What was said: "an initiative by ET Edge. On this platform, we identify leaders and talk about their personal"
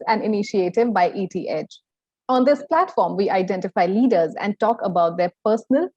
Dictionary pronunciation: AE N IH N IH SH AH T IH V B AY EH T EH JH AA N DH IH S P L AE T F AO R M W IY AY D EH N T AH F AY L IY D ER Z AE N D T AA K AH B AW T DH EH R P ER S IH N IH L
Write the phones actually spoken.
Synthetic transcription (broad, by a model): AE N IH N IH SH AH T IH V B AY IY T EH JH AA N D IH S P L AE T F AO R M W IY AY D EH N T AH F AY L IY D ER Z AE N D T AA K AH B AW T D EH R P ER S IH N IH L